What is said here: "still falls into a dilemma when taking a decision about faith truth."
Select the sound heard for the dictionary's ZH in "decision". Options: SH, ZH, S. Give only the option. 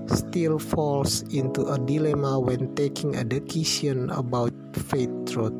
S